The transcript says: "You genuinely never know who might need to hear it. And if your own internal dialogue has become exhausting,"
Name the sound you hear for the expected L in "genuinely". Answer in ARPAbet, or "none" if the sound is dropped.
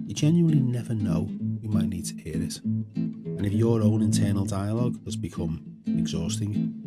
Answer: L